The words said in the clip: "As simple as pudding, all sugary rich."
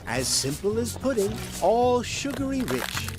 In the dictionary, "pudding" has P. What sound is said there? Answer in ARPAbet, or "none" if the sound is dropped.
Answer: P